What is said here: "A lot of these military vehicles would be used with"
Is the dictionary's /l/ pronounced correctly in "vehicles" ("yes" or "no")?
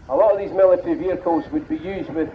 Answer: no